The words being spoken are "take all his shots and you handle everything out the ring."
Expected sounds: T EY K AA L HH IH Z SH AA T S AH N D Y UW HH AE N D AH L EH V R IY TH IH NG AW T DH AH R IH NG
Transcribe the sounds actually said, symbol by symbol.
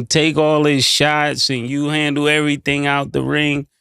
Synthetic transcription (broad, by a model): T EY K AA L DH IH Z SH AA T S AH N Y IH HH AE N D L EH V R IY TH IH NG AW T DH AH R IH NG